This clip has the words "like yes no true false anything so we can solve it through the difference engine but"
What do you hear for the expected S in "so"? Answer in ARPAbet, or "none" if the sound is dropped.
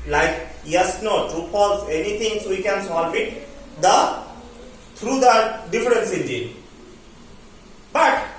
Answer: S